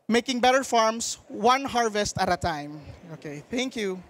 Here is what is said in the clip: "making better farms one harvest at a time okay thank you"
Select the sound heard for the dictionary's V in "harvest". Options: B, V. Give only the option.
V